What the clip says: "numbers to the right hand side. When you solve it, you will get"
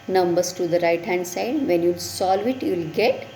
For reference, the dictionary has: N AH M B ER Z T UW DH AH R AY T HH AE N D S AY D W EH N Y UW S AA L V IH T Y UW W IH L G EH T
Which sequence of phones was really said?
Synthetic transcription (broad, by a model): N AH M B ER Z T UW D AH R AY T HH AE N D S AY D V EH N Y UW S AA L V IH T Y UW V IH L G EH T